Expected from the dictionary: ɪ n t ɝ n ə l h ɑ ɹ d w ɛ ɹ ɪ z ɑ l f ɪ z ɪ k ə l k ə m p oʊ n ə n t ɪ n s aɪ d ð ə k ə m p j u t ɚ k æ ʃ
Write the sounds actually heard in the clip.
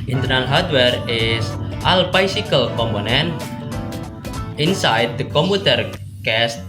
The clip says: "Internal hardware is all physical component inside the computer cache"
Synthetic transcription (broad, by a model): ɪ n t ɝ n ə l h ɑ ɹ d w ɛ ɹ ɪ s ɑ l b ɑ s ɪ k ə l k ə m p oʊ n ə n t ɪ n s aɪ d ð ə k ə m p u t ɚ k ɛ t